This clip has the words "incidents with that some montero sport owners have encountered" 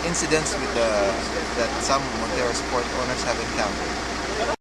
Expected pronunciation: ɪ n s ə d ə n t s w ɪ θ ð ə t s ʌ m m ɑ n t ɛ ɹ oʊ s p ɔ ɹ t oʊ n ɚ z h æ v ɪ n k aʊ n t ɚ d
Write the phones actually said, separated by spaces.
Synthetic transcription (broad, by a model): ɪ n s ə d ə n t s w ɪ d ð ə t s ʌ m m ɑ t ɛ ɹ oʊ s p ɔ ɹ t oʊ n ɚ s h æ v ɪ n k aʊ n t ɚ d